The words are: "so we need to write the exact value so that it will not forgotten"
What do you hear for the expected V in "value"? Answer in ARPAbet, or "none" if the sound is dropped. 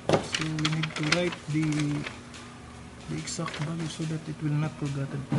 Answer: B